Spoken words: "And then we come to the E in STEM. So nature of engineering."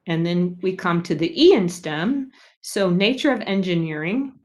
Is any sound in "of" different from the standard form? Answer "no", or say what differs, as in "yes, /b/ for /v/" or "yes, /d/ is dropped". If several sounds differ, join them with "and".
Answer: no